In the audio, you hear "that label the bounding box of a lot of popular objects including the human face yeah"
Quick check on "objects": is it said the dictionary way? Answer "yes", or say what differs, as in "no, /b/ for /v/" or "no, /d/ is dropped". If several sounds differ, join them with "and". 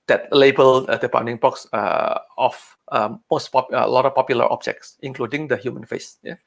yes